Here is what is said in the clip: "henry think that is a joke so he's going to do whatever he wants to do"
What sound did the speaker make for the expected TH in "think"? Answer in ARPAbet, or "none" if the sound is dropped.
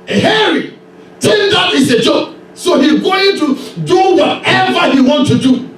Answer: T